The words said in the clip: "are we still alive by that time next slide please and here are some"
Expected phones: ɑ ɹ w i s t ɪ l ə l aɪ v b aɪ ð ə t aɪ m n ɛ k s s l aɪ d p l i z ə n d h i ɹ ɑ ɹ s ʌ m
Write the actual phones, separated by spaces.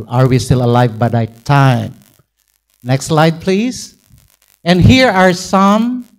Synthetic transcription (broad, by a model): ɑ ɹ w i s t ɪ l ə l aɪ v b aɪ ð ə t aɪ m n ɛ k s s l aɪ d p l i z ə n d h i ɹ ɑ ɹ s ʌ m